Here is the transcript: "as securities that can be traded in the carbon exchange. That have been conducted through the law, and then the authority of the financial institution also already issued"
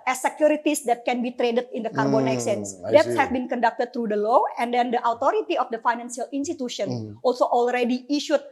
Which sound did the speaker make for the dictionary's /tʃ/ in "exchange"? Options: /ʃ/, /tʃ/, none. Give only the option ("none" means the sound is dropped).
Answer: none